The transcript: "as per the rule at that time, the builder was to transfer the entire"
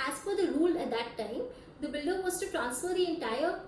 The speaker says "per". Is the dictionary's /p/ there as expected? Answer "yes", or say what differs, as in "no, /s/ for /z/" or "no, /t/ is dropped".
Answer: no, /f/ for /p/